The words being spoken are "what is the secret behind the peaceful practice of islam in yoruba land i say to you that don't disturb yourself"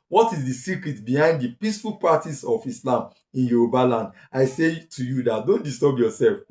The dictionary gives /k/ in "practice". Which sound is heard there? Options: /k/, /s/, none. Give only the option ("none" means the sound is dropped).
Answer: none